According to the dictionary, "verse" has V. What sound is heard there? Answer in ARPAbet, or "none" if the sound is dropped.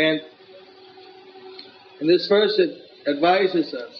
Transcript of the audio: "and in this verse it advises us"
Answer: F